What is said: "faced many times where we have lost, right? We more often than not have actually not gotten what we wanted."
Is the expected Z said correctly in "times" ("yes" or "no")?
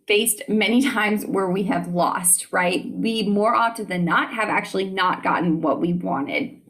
yes